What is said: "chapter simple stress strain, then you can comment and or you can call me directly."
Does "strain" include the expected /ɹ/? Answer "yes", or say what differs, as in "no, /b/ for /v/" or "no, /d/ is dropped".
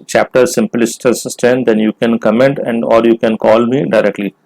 no, /ɹ/ is dropped